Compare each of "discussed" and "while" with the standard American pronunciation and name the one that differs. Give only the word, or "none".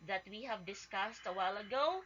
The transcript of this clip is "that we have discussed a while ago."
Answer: none